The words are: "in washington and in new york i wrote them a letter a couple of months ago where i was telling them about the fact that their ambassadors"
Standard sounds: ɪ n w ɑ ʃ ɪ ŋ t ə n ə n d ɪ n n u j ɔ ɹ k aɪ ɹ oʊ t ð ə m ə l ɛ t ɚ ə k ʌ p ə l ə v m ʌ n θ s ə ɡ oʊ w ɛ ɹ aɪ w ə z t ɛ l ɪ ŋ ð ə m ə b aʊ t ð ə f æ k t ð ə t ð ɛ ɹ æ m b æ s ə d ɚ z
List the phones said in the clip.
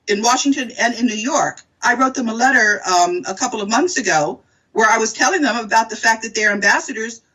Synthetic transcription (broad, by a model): ɪ n w ɑ ʃ ɪ ŋ t ə n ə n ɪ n n u j ɔ ɹ k aɪ ɹ oʊ t ð ə m ə l ɛ t ɚ ə k ʌ p l ə v m ʌ n θ s ə ɡ oʊ w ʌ ɹ aɪ w ə z t ɛ l ɪ ŋ ð ə m ə b aʊ t ð ə f æ k ð ə t ð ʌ ɹ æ m b æ s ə d ɚ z